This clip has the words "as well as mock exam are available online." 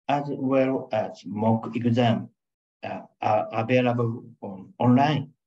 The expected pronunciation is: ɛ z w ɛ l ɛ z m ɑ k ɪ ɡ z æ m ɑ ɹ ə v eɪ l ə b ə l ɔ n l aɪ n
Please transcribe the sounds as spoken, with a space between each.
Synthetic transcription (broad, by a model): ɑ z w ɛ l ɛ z m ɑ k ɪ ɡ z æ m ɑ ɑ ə b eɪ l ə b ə n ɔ n l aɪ n